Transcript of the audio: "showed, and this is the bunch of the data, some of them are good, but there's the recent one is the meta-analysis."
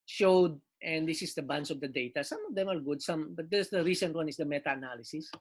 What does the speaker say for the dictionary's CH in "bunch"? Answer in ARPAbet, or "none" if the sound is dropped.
S